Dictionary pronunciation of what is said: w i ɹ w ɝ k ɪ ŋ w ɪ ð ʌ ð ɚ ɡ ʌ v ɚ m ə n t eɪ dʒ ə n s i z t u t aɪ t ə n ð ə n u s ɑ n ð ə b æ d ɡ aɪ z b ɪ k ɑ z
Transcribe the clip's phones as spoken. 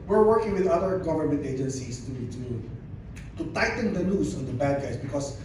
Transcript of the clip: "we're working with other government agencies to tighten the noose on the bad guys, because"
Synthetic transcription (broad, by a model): w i ɹ w ɝ k ɪ ŋ w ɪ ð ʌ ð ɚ ɡ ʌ v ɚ m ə n t eɪ dʒ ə n s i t t u t aɪ t ə n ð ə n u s ɑ n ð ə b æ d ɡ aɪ s b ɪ k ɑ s